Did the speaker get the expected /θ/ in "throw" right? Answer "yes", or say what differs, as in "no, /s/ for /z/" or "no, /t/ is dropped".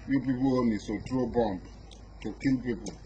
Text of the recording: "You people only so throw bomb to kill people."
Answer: no, /t/ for /θ/